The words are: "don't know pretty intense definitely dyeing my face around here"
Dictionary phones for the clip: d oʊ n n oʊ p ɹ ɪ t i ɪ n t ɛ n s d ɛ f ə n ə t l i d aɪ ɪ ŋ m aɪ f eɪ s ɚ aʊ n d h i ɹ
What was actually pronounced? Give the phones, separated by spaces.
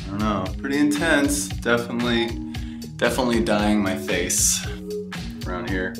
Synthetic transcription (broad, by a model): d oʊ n n oʊ p ɹ ɪ t i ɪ n t ɛ n s d ɛ f ə n ə t l i d aɪ ɪ ŋ m aɪ f eɪ s ɚ aʊ n d h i ɹ